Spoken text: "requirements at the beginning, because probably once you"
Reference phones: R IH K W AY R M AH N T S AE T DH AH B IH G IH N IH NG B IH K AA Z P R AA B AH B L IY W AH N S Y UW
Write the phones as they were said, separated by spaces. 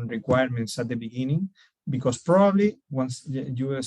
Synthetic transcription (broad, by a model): R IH K W AY R M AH N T S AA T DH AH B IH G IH N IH NG B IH K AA S P R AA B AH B L IY W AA N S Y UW